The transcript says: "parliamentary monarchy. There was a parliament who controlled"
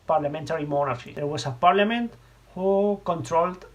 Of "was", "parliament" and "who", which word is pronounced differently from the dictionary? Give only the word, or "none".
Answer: was